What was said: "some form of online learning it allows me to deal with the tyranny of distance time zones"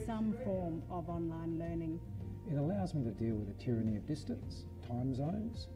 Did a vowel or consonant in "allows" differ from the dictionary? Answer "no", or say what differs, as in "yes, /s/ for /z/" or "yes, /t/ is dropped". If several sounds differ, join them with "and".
no